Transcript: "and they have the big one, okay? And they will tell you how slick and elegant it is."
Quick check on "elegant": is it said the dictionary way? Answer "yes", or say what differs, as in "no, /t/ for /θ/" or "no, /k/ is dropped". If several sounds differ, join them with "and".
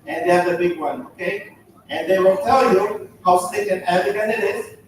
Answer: no, /t/ is dropped